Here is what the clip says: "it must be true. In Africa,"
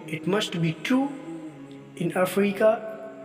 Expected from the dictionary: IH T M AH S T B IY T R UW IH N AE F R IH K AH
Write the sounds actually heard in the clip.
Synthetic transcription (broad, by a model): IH T M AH S T B IY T UW IH N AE F R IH K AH